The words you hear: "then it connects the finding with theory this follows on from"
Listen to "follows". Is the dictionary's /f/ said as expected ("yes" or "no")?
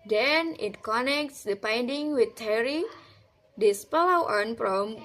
no